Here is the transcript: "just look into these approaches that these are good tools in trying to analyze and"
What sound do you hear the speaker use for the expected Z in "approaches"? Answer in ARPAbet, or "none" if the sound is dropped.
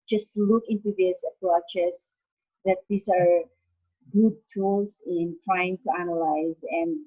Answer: S